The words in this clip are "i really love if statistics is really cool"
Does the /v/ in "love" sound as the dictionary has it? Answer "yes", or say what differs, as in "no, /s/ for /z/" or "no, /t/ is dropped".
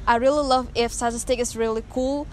yes